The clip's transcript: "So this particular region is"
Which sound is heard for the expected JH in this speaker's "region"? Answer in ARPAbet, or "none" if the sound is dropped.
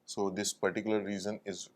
Z